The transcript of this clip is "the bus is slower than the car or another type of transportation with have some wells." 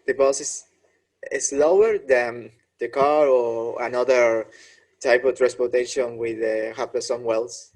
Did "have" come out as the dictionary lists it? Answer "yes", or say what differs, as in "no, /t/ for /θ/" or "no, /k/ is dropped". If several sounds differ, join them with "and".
no, /p/ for /v/